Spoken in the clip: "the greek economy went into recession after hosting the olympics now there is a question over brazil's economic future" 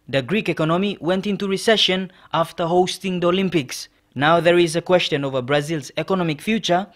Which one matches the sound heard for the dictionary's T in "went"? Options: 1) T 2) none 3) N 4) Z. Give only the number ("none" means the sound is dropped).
1